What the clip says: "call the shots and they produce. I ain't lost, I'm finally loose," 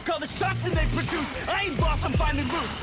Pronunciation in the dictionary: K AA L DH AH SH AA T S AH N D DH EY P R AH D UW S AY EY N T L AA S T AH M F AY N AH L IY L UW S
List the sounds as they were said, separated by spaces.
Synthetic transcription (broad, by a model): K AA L DH AH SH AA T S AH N DH EY P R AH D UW S AY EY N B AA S AH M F AY N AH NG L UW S